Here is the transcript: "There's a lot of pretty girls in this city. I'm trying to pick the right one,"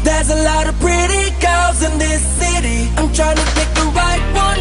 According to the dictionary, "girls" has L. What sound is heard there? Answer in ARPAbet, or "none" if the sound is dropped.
none